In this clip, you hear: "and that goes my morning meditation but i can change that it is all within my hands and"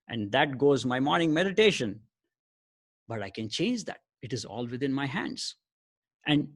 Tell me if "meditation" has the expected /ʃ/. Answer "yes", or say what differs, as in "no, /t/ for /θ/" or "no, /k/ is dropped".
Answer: yes